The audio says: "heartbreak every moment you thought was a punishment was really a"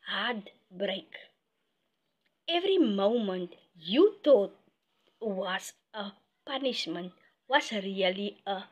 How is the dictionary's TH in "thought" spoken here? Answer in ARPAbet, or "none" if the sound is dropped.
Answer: T